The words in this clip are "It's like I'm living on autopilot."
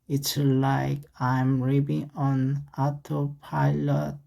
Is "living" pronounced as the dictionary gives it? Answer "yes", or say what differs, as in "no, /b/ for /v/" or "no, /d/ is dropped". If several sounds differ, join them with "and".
no, /b/ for /v/